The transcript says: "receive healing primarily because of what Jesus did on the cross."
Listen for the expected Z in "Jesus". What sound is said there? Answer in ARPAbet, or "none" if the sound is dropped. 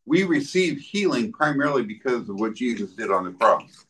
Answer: Z